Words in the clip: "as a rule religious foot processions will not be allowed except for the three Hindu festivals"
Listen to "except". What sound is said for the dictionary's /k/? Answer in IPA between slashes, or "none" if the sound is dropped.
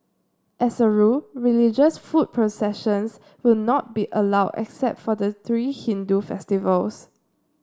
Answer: /k/